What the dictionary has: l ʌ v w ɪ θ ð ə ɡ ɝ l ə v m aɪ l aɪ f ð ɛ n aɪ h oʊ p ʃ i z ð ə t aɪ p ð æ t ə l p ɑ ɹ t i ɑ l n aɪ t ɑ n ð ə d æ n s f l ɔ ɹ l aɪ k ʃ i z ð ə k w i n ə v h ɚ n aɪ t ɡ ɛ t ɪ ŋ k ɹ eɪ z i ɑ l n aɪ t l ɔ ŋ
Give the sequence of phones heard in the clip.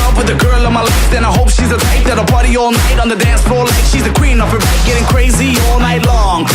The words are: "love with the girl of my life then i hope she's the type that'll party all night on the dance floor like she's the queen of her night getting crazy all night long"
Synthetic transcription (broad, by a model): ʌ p w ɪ ð ə ɡ ɝ l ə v m aɪ l aɪ f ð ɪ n aɪ h oʊ p ʃ i z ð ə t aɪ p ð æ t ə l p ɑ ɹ t i ɑ l n aɪ t n ð ə d æ n s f ɔ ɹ l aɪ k ʃ i z ð ə k w i n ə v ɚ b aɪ ɡ ɛ t ɪ ŋ k ɹ eɪ z i ɑ l n aɪ t l ɔ ŋ